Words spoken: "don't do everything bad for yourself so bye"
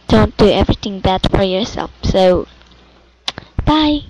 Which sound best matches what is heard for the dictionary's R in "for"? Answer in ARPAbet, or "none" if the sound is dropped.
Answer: R